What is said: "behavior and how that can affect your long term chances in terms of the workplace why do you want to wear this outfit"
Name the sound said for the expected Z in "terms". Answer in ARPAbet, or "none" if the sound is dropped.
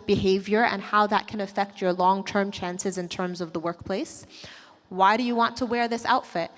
Z